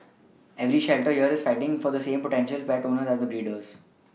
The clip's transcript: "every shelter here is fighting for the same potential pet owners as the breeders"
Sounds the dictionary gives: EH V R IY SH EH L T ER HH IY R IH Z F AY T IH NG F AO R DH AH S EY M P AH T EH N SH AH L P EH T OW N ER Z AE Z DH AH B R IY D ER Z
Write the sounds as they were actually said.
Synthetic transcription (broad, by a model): EH V R IY SH EH L T ER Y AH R IH Z F AY T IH NG F AO R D AH S EY M P AH T EH N SH AH L P EH T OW N ER AE Z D AH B R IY D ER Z